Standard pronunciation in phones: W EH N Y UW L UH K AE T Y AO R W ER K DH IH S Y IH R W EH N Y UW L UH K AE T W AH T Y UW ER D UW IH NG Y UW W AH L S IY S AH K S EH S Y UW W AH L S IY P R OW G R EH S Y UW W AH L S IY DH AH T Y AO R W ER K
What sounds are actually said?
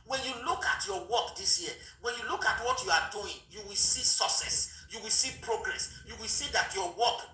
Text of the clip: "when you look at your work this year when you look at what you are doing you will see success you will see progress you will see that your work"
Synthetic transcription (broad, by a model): W EH N Y UW L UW K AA T Y AO W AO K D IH S Y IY W EH N Y UW L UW K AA T W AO T Y UW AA D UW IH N Y UW W AH L S IY S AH S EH S Y UW W AH L S IY P R OW G R EH S Y UW W AH L S IY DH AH T Y AO W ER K